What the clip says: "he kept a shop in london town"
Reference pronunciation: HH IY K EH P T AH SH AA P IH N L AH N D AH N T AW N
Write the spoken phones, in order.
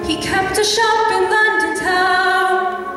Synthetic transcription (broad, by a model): HH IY K EH P T AH SH AA P IH N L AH N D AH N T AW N